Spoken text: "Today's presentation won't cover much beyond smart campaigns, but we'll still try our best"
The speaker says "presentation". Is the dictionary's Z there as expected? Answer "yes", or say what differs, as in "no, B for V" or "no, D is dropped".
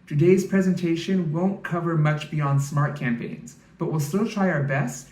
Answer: yes